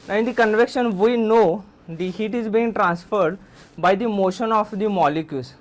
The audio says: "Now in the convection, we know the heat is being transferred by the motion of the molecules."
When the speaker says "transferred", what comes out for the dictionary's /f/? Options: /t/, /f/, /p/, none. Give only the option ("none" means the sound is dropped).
/f/